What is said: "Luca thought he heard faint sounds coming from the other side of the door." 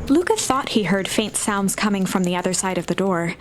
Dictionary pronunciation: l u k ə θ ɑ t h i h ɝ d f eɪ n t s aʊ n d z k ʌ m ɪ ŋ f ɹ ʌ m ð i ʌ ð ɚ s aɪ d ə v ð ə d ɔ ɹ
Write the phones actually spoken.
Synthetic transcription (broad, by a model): l u k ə θ ɑ t h i h ɝ d f eɪ n t s aʊ n d z k ʌ m ɪ ŋ f ɹ ʌ m ð i ʌ ð ɚ s aɪ d ə v ð ə d ɔ ɹ